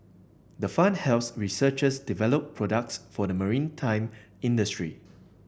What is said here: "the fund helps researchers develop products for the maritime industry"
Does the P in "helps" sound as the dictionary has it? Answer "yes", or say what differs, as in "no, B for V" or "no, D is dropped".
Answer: no, P is dropped